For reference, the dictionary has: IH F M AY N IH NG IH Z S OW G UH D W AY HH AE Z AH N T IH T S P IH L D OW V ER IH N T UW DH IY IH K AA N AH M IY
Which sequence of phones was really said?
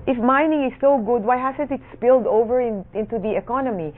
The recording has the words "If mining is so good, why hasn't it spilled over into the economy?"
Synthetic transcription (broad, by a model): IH F M AY N IH NG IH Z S OW G UH D W AY HH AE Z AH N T IH T S P IH L D OW V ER IH N T UW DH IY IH K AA N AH M IY